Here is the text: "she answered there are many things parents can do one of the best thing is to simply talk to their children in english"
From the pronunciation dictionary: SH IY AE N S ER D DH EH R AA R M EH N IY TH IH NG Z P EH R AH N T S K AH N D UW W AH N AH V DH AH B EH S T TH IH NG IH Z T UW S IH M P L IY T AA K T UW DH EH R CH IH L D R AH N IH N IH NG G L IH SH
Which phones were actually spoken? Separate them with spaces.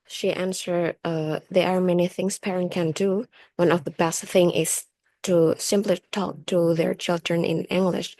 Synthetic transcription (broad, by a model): SH IY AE N S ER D DH EH R AA R M EH N IY TH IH NG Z P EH R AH N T K AH N D UW W AH N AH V DH AH B EH S T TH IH NG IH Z T UW S IH M P L IY T AA K T UW DH EH R CH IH L D R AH N IH N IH NG G L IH SH